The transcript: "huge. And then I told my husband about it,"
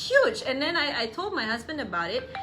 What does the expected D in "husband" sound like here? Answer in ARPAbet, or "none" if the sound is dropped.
D